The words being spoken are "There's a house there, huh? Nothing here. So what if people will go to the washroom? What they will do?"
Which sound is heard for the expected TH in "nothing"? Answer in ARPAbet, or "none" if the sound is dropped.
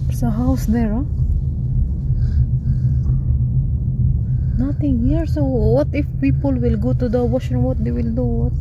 T